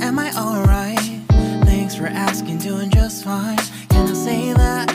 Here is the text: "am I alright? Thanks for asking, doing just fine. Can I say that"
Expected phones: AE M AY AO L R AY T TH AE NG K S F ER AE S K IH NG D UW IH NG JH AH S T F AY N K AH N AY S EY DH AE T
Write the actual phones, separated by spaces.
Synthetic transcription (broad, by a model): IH M AY AO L R AY T TH AE NG K S F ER AE S K IH NG D UW IH NG JH AH S T F AY N K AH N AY S EY DH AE T